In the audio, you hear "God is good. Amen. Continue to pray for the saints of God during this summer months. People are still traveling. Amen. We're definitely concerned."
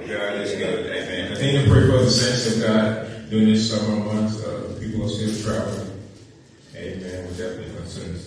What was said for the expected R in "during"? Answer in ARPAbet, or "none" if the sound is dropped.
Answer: none